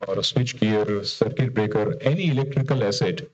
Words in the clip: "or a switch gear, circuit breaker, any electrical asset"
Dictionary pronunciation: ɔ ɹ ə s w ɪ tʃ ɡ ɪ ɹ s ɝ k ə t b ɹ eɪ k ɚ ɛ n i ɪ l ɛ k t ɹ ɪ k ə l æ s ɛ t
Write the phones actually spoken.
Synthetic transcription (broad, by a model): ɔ ɹ s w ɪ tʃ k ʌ ɹ s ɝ k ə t b ɹ eɪ k ɚ ɛ n i ɪ l ɛ k t ɹ ɪ k ə l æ s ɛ t